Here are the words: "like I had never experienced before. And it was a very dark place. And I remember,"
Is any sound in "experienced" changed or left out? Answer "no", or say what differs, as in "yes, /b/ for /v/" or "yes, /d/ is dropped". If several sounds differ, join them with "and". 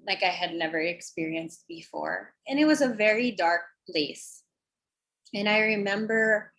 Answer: no